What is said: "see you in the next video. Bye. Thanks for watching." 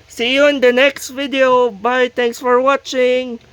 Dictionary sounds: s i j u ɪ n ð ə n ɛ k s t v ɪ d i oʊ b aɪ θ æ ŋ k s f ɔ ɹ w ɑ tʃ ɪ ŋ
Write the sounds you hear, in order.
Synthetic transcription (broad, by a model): s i j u ɪ n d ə n ɛ k s t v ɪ d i oʊ b aɪ t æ ŋ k s f ɔ ɹ w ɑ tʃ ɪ ŋ